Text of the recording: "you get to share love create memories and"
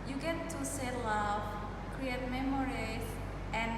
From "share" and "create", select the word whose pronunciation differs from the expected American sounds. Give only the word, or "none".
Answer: share